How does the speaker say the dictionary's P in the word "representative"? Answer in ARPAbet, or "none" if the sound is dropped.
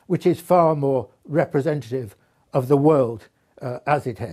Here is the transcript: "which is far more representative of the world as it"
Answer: P